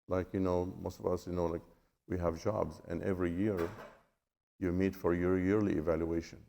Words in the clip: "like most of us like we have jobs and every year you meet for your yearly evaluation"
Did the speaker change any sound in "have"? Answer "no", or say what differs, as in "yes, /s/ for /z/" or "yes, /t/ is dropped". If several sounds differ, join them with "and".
no